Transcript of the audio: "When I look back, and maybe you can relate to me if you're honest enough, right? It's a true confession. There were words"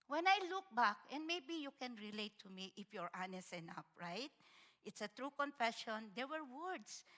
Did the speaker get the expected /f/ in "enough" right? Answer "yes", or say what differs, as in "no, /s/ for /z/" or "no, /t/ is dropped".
no, /p/ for /f/